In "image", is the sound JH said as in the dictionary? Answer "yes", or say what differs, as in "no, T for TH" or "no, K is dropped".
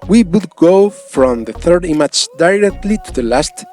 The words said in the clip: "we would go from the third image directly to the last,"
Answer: no, CH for JH